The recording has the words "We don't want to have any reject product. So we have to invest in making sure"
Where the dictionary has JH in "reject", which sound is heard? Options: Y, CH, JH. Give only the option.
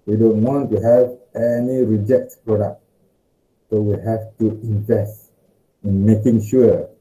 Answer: JH